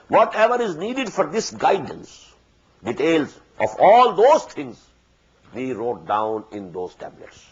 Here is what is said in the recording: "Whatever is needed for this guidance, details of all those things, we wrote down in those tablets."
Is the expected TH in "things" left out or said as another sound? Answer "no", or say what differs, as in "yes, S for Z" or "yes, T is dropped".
yes, T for TH